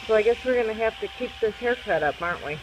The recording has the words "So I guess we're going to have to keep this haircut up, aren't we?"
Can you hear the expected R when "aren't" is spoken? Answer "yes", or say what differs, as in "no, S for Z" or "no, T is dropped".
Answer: yes